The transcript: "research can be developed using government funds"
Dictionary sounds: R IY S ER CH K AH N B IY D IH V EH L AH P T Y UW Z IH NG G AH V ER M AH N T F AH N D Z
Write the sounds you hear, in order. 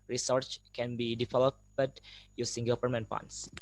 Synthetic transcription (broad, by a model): R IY S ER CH K AH N B IY D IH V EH L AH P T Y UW S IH NG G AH P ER M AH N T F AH N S